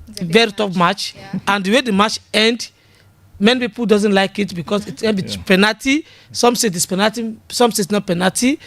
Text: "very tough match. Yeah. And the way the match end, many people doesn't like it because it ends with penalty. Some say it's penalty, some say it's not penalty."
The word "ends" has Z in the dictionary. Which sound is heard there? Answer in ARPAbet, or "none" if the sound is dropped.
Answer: none